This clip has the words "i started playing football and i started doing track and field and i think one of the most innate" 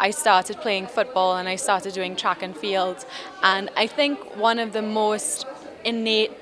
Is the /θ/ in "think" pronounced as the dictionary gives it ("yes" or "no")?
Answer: yes